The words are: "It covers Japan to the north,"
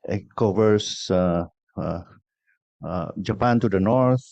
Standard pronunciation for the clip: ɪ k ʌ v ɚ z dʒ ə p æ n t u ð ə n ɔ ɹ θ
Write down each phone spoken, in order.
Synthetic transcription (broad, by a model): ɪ k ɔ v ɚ s dʒ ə p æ n t u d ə n ɔ ɹ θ